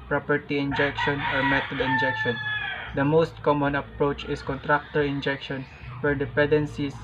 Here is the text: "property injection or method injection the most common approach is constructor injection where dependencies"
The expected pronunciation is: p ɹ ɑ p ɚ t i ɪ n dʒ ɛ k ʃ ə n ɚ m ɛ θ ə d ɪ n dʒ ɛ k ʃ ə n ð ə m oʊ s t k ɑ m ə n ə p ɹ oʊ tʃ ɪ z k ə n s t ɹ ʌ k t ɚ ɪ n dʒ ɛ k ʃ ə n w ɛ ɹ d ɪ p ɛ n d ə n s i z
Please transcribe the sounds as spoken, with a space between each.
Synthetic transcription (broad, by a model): p ɹ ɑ p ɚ t i ɪ n dʒ ɛ k ʃ ə n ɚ m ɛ t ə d ɪ n dʒ ɛ k ʃ ə n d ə m oʊ s t k ɑ m ə n ə p ɹ oʊ tʃ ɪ s k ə n t ɹ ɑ k t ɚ ɪ n dʒ ɛ k ʃ ə n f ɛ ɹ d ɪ p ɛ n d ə n s i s